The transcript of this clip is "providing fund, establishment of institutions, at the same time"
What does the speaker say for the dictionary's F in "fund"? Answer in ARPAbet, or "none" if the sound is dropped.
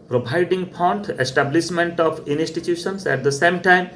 P